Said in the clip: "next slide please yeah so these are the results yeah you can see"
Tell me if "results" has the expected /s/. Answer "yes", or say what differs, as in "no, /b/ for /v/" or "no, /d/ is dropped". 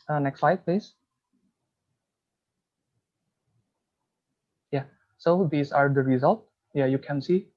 no, /s/ is dropped